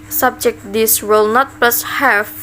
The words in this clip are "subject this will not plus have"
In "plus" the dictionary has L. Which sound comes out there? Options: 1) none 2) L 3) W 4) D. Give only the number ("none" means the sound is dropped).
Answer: 2